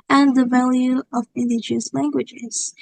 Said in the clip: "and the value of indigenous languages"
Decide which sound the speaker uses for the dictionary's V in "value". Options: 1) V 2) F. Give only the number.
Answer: 1